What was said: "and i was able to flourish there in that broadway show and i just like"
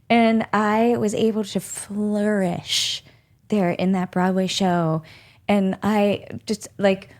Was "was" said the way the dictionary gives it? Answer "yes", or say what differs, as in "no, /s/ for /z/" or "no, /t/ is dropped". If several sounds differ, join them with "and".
yes